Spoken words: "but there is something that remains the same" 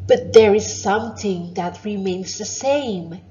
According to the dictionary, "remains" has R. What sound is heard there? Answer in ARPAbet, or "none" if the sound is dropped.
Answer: R